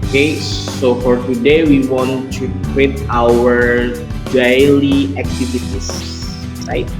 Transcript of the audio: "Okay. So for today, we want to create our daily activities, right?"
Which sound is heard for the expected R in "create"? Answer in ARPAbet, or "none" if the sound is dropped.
W